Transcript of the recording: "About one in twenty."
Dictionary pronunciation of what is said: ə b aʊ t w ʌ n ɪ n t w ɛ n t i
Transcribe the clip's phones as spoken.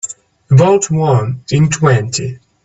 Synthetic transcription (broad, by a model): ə ʊ t w ʌ n ɪ n t w ɛ n t i